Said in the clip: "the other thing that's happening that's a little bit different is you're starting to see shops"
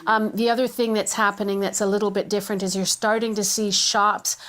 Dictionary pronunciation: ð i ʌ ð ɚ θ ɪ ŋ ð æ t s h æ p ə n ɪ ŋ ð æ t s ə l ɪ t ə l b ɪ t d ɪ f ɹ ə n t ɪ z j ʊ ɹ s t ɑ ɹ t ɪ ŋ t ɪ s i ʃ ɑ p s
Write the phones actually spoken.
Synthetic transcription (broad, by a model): ð i ʌ ð ɚ θ ɪ ŋ ð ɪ t s h æ p ə n ɪ ŋ ð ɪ t s ə l ɪ t l b ɪ t d ɪ f ɹ ə n t ɪ z j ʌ ɹ s t ɑ ɹ t ɪ ŋ t ɪ s i ʃ ɑ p s